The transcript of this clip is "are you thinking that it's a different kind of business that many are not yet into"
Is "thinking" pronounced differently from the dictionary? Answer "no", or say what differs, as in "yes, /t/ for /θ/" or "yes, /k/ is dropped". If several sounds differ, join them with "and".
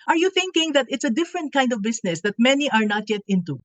no